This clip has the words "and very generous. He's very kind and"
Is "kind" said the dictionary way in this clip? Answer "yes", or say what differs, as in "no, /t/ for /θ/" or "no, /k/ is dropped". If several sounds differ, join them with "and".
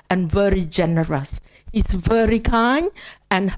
no, /d/ is dropped